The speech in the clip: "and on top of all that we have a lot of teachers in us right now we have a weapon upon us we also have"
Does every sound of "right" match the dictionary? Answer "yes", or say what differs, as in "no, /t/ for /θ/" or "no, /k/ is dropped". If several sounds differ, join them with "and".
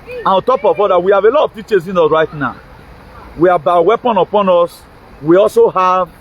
yes